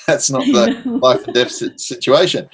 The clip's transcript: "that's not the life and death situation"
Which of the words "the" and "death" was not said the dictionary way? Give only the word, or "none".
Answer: death